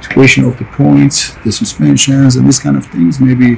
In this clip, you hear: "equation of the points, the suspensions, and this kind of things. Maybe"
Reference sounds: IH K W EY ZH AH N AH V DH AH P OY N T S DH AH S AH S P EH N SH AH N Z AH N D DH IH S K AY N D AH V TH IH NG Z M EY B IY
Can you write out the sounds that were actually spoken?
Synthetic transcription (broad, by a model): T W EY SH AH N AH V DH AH P OY N T S DH AH S AH S P EH N SH AH N Z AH N DH IH S K AY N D AH V TH IH NG Z M EY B IY